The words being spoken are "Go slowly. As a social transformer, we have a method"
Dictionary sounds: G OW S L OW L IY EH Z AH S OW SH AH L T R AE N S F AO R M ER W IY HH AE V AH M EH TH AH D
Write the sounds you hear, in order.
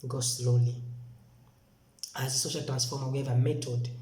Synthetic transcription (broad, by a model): G OW S L OW L IY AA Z AH S OW SH AH L T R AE N S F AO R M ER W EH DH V AH M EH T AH D